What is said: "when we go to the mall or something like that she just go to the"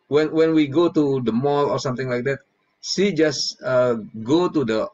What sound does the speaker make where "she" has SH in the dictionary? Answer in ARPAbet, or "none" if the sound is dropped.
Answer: S